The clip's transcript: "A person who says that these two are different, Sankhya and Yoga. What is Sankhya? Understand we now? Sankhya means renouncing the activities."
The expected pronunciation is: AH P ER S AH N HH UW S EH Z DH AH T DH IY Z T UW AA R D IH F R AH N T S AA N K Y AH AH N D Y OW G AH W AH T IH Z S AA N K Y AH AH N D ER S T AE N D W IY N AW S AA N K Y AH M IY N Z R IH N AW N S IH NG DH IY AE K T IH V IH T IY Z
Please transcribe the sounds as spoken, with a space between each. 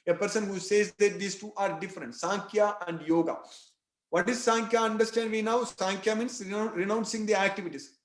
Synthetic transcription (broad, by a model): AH P ER S AH N HH UW S EH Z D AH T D IY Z T UW AA R D IH F R AH N T S AA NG K Y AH AH N D Y OW G AH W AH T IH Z S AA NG K Y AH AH N D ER S T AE N D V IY N AW S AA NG K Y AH M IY N S R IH N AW N S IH NG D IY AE K T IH V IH T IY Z